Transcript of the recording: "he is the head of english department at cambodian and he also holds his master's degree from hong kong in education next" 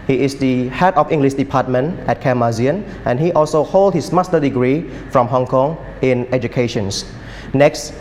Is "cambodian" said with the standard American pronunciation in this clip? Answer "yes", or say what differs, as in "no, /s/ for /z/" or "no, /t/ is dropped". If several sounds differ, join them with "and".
no, /b/ is dropped